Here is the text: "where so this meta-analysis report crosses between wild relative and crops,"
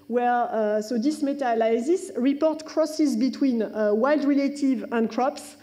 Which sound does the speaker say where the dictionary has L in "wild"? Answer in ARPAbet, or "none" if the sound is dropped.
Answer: L